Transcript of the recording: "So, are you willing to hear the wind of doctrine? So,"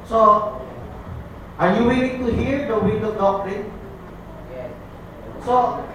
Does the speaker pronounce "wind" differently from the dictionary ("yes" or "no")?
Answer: yes